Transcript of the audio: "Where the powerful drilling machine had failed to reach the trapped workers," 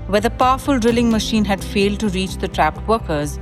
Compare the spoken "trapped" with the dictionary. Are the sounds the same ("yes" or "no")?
yes